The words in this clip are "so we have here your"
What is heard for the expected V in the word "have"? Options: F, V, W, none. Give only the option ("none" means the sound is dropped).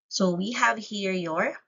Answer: V